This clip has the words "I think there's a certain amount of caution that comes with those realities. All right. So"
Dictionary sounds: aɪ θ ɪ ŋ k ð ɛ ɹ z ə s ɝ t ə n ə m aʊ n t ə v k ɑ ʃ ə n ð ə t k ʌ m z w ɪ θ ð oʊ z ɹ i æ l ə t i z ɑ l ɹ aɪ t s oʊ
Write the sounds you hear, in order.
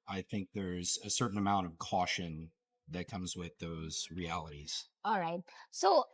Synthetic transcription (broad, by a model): aɪ θ ɪ ŋ k ð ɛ ɹ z ə s ɝ t n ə m aʊ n t ə v k ɑ ʃ ə n ð ə t k ʌ m z w ɪ ð oʊ z ɹ i æ l ə t i z ɑ l ɹ aɪ t s oʊ